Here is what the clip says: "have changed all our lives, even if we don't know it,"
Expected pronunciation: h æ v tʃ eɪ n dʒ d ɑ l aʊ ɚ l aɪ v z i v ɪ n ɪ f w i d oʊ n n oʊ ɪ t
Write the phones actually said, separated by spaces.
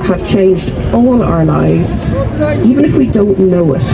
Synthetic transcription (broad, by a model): h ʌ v tʃ eɪ n dʒ d ɑ l aʊ ɚ l aɪ v z i v ɪ n ɪ f w i d oʊ n n oʊ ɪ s